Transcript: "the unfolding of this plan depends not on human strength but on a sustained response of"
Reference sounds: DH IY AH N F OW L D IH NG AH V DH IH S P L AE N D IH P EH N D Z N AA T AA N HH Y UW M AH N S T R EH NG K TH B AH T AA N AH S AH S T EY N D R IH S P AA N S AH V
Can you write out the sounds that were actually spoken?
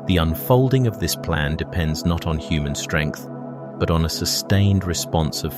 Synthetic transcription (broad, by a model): DH IY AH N F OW L D IH NG AH V DH IH S P L AE N D IH P EH N D Z N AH T N HH Y UW M AH N S T R EH NG K TH B AH T N AH S AH S T EY N D R IH S P AA N S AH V